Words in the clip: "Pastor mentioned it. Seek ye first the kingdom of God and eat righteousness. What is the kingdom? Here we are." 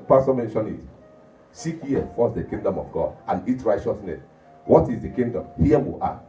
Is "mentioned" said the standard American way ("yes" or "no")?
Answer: no